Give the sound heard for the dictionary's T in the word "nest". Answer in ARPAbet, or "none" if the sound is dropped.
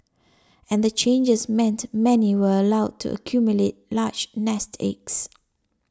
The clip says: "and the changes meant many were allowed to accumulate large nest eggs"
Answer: T